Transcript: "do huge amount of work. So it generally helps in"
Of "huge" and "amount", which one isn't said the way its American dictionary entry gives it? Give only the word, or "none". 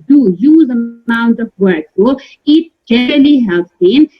huge